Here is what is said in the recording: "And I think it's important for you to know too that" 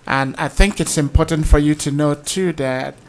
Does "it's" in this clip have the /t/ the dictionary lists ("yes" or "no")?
yes